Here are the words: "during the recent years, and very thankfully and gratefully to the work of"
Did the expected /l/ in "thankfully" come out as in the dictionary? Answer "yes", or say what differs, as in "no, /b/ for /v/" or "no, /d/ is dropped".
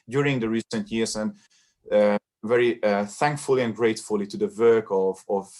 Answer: yes